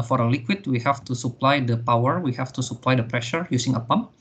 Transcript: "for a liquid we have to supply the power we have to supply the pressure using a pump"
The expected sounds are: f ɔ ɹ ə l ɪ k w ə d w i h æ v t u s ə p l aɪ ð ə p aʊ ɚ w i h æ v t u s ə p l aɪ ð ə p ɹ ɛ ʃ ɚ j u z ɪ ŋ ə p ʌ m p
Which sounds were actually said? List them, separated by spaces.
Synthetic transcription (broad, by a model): f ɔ ɹ ə l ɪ k w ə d w i h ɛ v t u s ə p l aɪ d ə p aʊ ɚ w i h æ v t u s ə p l aɪ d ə p ɹ ɛ ʃ ɚ j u s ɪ ŋ ə p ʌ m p